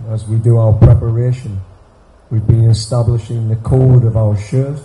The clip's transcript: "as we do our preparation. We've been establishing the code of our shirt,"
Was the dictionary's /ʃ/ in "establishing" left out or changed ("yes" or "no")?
no